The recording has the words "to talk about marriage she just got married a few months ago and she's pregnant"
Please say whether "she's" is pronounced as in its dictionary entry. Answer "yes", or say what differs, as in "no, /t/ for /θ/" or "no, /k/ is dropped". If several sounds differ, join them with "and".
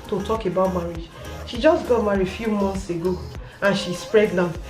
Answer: no, /s/ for /z/